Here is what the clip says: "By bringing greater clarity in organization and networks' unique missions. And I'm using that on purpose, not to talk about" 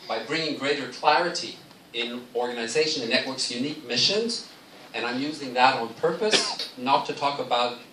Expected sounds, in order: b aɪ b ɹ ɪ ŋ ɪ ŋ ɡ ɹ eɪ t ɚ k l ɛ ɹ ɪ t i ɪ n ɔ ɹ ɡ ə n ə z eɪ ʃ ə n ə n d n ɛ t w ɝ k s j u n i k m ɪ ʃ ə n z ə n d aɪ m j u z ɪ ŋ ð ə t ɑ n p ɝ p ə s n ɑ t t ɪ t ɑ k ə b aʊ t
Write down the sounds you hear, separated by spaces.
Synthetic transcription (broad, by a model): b aɪ b ɹ ɪ ŋ ɪ ŋ ɡ ɹ eɪ t ɚ k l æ ɹ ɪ t i ɪ n ɔ ɹ ɡ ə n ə z eɪ ʃ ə n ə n n ɛ t w ɝ k s j u n i k m ɪ ʃ ə n z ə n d aɪ m j u z ɪ ŋ ð ə t n p ɝ p ə s n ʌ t t ɪ t ɑ k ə b aʊ t